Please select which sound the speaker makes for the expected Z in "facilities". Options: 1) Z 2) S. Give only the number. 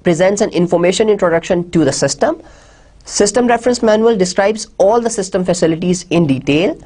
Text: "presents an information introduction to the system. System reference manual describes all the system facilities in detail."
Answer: 1